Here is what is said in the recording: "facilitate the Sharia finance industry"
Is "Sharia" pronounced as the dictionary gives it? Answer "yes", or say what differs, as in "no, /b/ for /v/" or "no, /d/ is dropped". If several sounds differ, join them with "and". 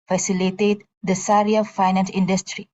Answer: no, /s/ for /ʃ/